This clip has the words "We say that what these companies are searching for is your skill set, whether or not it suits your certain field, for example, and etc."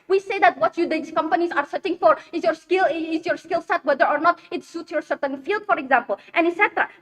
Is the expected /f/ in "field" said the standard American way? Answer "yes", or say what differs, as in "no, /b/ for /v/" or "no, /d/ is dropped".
yes